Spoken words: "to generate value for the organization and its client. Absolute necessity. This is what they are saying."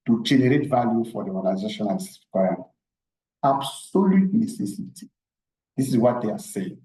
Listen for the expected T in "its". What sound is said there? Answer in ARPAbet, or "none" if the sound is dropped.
S